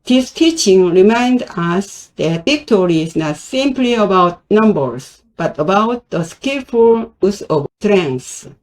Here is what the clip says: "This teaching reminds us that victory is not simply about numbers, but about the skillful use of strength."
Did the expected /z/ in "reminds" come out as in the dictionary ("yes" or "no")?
no